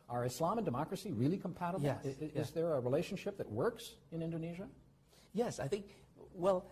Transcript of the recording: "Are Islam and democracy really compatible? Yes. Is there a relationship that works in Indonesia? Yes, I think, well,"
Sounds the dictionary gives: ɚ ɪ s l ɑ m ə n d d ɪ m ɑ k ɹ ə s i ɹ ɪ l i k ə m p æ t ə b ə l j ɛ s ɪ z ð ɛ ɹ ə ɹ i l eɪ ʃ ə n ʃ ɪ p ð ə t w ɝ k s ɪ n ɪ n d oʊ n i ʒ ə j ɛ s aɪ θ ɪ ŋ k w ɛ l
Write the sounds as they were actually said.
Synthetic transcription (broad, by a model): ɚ ɪ s l ɑ m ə n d d ɪ m ɑ k ɹ ə s i ɹ ɪ l i k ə m p æ t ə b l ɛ ɪ z ð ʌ ɹ ə ɹ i l eɪ ʃ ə n ʃ ɪ p ð ə t w ɝ k s ɪ n ɪ n d oʊ n i ʒ ə j ɛ s aɪ θ ɪ ŋ k w ɛ l